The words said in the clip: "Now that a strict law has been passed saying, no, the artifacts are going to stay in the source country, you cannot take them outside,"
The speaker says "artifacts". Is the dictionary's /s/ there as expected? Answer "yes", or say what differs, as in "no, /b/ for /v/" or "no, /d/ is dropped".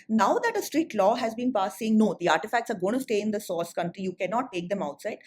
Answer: yes